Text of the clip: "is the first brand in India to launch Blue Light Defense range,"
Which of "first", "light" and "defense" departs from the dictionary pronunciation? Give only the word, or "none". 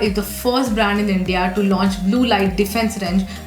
none